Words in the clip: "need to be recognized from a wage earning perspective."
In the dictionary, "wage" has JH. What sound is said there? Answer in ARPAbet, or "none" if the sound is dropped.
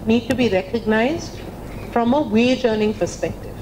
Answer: JH